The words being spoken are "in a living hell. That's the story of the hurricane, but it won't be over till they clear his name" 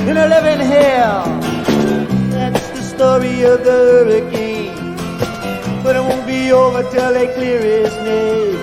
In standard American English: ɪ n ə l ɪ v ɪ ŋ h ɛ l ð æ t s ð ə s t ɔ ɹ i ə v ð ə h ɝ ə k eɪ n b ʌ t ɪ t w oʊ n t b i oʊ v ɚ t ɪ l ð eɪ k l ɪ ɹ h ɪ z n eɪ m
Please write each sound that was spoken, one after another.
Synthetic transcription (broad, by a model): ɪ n ə l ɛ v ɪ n h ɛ ð æ t s ð ə s t ɔ ɹ i ə v ð ə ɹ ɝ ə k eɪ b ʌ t ɪ t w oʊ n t b i oʊ v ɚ t ɪ l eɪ k l ɪ ɹ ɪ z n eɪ